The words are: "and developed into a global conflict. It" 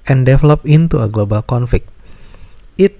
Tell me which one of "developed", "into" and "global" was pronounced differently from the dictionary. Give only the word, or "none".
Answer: developed